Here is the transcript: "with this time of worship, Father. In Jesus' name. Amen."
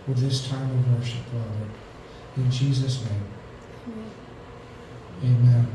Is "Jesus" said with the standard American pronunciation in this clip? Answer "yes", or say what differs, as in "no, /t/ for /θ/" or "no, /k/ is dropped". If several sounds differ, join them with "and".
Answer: yes